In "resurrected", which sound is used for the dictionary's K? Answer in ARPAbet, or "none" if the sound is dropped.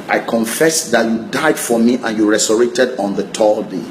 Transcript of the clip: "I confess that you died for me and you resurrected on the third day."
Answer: none